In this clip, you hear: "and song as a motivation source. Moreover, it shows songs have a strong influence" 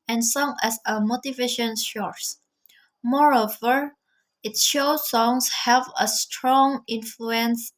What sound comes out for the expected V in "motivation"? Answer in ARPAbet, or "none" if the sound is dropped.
V